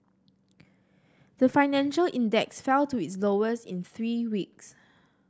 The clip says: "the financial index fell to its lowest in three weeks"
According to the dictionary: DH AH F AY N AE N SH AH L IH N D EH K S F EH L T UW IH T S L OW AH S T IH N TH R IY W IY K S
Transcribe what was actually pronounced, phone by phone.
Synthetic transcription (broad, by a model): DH AH F AY N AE N SH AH L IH N D EH K S F EH L T UW IH T S L OW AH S IH N TH R IY W IY K S